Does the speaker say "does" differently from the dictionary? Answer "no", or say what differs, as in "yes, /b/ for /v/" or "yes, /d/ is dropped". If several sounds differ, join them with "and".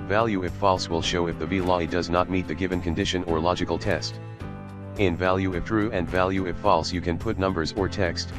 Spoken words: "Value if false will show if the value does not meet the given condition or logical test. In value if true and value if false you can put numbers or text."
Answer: no